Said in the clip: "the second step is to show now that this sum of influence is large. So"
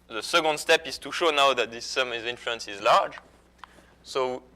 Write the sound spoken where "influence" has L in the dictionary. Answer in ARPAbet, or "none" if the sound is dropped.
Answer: L